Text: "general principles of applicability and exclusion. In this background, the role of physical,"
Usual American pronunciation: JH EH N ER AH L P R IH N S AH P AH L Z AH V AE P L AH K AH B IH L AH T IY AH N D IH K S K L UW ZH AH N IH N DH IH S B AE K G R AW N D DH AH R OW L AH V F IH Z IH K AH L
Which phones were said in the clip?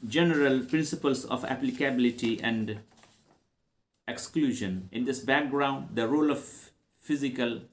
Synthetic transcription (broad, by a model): JH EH N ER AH L P R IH N S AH P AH L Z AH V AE P L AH K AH B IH L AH T IY AH N D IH K S K L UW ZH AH N IH N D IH S B AE K G R AW N D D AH R OW L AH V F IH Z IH K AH L